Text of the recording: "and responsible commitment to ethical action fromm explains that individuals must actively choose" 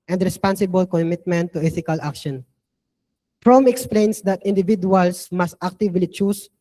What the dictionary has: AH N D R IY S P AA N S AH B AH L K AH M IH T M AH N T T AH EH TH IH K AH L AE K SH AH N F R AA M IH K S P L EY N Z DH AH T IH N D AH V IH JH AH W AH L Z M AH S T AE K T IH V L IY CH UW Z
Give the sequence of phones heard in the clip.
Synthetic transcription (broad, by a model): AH N D R IY S P AA N S AH B AH L K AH M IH T M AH N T T AH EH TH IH K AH L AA K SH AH N P R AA M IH K S P L EY N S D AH T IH N D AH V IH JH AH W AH L S M AH S T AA K T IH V L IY CH UW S